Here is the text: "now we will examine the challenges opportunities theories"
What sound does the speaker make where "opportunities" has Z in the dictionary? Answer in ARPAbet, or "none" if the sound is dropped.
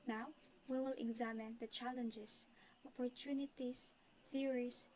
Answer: S